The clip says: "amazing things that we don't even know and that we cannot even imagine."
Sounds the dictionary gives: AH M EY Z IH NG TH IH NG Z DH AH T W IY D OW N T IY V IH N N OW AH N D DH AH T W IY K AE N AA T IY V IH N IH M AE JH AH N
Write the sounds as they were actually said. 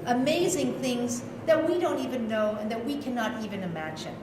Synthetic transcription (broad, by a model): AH M EY Z IH NG TH IH NG Z DH AH T W IY D OW N T IY V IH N N OW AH N DH AH T W IY K AE N AA T IY V IH N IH M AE JH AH N